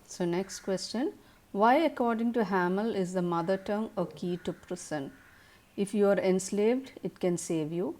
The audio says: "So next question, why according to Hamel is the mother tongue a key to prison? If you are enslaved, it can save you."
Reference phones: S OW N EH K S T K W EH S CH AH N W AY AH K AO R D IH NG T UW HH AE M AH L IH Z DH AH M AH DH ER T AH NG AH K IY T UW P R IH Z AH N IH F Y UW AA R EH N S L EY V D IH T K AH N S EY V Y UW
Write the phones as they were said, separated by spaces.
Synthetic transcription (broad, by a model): S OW N EH K S T K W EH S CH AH N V AY AH K AO R D IH NG T UW HH AE M AH L IH Z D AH M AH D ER T AH NG AH K IY T UW P R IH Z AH N IH F Y UW AA R EH N S L EY V D IH T K AH N S EY V Y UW